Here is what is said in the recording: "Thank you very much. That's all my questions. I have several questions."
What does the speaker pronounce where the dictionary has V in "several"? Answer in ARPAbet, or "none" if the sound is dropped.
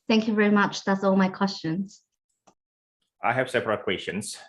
P